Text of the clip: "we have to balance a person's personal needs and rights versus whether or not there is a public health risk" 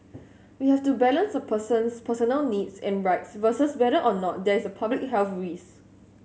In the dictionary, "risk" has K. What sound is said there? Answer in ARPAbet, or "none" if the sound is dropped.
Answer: none